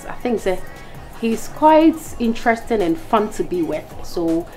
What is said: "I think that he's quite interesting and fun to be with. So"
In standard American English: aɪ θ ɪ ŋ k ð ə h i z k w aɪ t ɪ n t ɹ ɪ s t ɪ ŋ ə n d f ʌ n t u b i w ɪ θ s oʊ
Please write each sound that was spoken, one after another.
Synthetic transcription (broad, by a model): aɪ θ ɪ ŋ k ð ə h i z k w aɪ t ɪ n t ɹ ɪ s t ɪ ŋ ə n f ʌ n t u b i w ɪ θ s oʊ